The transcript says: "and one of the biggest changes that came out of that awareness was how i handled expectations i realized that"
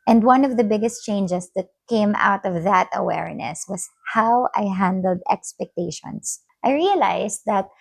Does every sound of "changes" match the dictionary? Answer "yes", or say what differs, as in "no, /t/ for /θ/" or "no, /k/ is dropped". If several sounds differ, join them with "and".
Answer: no, /s/ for /z/